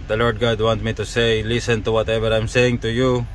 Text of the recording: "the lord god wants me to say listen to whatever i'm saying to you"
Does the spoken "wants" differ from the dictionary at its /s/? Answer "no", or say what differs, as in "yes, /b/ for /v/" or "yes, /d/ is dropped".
yes, /s/ is dropped